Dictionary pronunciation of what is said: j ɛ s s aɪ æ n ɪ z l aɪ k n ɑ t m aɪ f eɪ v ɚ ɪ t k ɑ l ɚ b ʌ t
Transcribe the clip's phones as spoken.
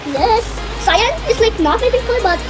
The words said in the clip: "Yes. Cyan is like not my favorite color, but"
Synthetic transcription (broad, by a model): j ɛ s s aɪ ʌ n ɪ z l aɪ k n ɑ t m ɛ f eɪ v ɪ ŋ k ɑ ɪ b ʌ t